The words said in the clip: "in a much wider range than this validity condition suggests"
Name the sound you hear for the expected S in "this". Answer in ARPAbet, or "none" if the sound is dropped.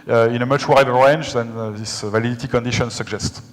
S